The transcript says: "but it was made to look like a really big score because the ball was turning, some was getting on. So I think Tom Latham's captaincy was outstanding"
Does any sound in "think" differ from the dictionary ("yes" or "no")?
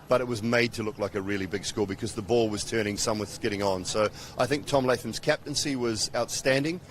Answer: no